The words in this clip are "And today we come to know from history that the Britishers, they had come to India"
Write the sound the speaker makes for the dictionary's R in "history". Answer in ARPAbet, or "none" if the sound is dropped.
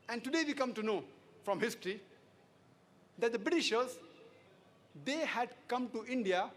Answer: R